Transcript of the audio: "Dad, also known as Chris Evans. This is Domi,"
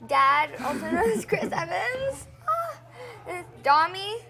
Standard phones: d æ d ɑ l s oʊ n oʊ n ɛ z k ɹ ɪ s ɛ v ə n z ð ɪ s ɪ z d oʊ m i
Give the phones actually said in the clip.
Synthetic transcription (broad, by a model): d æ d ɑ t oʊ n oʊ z k ɹ ɪ s ɛ v ə n z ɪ ɪ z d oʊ m i